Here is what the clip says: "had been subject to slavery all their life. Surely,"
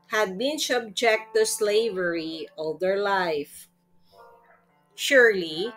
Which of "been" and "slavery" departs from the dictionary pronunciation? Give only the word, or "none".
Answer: none